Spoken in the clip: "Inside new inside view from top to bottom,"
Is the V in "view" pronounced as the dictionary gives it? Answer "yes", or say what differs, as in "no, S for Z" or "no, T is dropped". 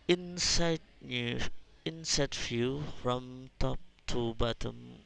no, F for V